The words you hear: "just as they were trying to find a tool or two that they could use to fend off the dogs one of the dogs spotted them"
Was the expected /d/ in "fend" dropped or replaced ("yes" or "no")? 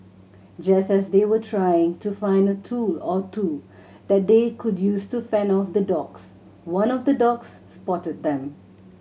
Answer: yes